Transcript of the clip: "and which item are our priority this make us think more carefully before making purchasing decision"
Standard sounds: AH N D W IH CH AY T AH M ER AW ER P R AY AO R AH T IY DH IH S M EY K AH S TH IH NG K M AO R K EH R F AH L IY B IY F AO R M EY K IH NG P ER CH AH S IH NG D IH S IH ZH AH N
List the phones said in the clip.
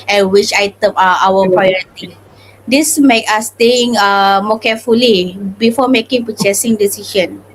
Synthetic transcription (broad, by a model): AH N W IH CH AY T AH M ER AW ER P R AY AO R AH T IY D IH S M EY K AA S T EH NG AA M AO K EH F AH L IY B IY F AO M EY K IH NG P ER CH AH S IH NG D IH S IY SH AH N